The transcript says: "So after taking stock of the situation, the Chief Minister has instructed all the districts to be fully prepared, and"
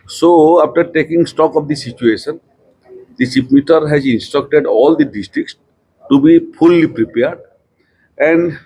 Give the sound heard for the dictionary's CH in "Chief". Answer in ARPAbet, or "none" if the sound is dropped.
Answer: S